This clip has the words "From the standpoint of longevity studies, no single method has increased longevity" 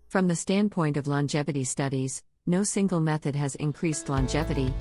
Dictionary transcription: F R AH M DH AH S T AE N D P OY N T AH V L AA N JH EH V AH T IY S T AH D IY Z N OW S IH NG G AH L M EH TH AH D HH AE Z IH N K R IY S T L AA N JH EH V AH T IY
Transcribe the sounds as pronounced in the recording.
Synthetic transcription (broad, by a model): F R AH M DH AH S T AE N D P OY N T AH V L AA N JH EH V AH T IY S T AH D IY Z N OW S IH NG G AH L M EH TH AH D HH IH Z IH N K R IY S T L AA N JH EH V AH T IY